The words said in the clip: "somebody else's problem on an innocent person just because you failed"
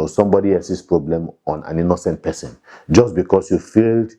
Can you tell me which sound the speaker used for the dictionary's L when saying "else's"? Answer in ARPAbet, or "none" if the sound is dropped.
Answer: none